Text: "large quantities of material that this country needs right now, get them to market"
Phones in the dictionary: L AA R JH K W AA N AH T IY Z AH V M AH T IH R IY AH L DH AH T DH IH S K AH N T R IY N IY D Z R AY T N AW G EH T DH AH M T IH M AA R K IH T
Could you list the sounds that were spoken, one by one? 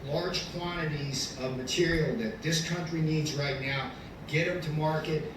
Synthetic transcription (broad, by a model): L AA R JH K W AA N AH T IY Z AH V M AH T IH R IY L DH AH T DH IH S K AH N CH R IY N IY D Z R AY T N AW G EH T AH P T IH M AA R K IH T